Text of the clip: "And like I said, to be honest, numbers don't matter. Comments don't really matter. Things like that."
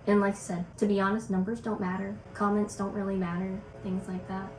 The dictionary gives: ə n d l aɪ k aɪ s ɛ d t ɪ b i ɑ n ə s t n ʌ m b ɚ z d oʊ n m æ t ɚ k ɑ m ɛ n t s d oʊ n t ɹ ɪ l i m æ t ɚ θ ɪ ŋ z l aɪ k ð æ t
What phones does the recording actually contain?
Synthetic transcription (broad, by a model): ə n l aɪ k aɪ s ɛ d t ɪ b i ɑ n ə s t n ʌ m b ɚ z d oʊ n m æ t ɚ k ɑ m ɛ n t s d oʊ n t ɹ ɪ l i m æ t ɚ θ ɪ ŋ z l aɪ k ð æ t